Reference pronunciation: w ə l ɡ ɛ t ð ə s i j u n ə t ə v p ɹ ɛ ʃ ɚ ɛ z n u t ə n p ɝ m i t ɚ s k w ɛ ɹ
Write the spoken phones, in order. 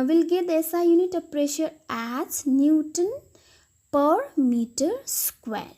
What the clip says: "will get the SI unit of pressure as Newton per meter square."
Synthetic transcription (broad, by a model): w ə l ɡ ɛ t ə s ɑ j u n ə t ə p ɹ ɛ ʃ ɚ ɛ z n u t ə n p ɝ m i t ɚ s k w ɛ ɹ